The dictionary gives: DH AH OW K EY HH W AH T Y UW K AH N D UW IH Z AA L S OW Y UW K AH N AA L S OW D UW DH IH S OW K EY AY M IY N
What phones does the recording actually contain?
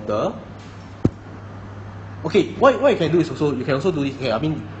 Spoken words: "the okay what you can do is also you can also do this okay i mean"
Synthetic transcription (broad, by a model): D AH OW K EY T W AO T Y UW K AH N D UW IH S AA L S OW Y UW K AH N AA L S OW D UW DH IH S OW K EY AY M IY N